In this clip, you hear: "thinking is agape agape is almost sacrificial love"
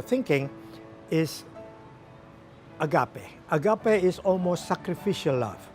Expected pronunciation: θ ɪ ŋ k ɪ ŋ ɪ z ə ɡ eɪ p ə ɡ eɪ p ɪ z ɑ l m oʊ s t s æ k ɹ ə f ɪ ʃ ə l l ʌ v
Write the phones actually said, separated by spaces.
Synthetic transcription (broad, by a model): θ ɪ ŋ k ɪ ŋ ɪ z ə ɡ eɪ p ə ɡ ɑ p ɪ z ɑ l m oʊ s t s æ k ɹ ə f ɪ ʃ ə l l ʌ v